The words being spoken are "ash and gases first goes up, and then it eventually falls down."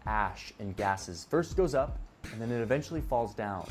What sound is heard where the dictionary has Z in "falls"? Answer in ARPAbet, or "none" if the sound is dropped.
Z